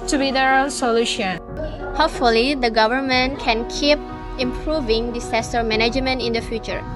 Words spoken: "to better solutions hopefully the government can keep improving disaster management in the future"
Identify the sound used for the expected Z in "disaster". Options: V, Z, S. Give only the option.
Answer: S